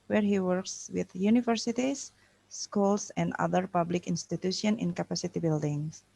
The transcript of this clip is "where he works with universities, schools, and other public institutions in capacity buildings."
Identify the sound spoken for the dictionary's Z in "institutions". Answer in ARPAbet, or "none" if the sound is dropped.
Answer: none